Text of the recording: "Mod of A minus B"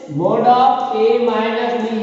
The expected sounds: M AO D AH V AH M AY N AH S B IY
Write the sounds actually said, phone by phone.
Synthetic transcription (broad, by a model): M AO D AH P AH M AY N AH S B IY